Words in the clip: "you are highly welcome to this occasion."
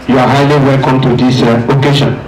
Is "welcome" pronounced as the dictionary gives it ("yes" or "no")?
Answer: yes